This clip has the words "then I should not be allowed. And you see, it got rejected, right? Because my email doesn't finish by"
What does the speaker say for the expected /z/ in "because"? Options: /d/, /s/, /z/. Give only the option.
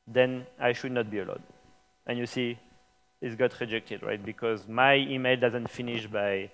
/z/